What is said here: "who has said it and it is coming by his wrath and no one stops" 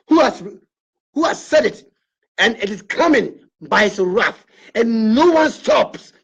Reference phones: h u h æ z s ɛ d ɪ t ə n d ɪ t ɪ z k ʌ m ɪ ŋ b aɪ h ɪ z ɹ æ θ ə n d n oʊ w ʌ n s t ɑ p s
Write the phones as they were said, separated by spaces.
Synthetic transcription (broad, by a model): h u h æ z s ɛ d ɪ t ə n ɪ t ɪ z k ʌ m ɪ ŋ b aɪ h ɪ s ɹ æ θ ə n n oʊ w ʌ n s t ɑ p s